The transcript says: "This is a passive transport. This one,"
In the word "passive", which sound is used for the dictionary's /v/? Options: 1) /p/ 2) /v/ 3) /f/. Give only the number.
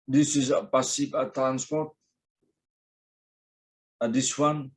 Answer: 1